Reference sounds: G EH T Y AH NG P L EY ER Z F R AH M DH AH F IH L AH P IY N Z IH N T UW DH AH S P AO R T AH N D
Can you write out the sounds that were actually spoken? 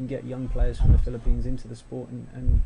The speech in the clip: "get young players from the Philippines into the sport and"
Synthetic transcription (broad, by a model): G EH T Y AH NG P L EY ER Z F R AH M DH AH F IH L AH P IY N Z IH N T UW DH AH S P AO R T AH N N